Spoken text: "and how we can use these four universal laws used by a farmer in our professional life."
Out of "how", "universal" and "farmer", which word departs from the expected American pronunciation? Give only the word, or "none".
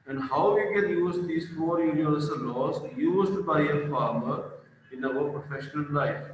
universal